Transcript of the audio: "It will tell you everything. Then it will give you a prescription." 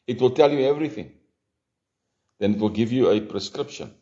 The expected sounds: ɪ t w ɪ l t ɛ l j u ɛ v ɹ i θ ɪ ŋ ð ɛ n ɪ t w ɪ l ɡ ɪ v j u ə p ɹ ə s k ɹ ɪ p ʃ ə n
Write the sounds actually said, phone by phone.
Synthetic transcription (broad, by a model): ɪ t w ɪ l t ɛ l j u ɛ v ɹ i θ ɪ ŋ ð ɛ n ɪ t w ɪ l ɡ ɪ v j u ə p ɹ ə s k ɹ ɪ p ʃ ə n